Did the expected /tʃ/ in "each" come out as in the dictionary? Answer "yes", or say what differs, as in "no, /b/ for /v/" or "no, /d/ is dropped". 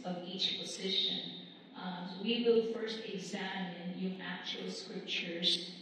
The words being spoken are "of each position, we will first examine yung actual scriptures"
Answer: yes